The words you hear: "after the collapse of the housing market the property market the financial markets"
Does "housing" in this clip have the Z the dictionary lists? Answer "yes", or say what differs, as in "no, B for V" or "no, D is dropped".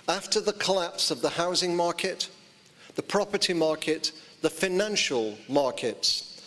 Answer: yes